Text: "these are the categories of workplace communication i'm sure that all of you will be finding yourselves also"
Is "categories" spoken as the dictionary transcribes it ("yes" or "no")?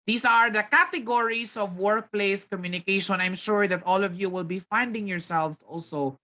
no